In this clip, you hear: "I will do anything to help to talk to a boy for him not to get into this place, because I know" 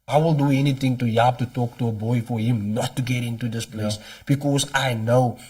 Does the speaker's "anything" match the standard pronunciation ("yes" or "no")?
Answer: no